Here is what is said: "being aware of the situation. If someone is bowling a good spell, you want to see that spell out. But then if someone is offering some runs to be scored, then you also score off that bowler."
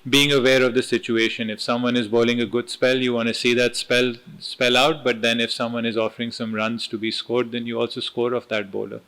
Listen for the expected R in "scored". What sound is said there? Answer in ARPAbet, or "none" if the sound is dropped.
R